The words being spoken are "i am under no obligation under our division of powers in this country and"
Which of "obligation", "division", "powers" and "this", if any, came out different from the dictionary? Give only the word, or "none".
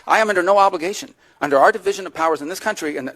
none